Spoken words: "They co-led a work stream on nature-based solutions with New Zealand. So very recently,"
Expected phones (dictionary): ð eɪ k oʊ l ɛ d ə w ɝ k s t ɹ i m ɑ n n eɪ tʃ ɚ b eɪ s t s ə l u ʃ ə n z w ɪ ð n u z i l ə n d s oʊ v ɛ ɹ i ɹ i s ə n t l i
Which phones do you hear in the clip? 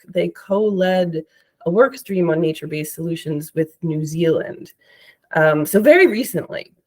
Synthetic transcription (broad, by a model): ð eɪ k oʊ l ɛ d ə w ɝ k s t ɹ i m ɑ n n eɪ tʃ ɚ b eɪ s s ə l u ʃ ə n z w ɪ ð n u z i l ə n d s oʊ v ɛ ɹ i ɹ i s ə n t l i